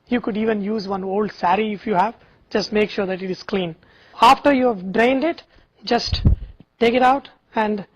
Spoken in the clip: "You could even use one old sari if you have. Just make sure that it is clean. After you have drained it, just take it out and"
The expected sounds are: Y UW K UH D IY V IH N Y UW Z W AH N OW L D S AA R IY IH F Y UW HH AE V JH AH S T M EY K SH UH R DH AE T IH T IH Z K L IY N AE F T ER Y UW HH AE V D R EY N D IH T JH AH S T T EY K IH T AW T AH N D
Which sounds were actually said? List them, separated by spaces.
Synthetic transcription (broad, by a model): Y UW K UH D IY V IH N Y UW Z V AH N OW L D S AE R IY IH F Y UW HH AE V JH AH S T M EY K SH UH R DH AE T IH T IH Z K L IY N AE F T ER Y UW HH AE V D R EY N D IH T JH AH S T T EY K IH T AW T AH N D